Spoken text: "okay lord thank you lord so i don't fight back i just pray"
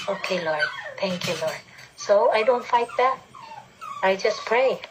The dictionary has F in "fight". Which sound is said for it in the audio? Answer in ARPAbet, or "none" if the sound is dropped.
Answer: F